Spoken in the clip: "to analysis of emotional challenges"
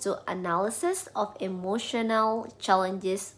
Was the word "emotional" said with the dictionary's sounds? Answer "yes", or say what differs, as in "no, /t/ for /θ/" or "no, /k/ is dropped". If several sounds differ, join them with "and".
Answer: yes